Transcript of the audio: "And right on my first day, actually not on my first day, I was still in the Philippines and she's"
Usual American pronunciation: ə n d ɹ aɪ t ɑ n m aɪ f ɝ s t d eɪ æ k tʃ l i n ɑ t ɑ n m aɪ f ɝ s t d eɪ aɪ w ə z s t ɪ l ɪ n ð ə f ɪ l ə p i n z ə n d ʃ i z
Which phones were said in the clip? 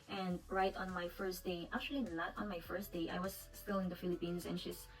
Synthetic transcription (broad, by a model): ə n d ɹ aɪ t ɑ n m aɪ f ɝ s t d eɪ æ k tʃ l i l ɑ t ɑ n m aɪ f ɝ s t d eɪ aɪ w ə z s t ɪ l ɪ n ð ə f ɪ l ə p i n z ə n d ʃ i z